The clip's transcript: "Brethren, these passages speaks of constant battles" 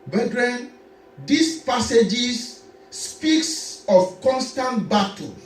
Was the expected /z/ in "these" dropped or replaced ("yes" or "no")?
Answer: yes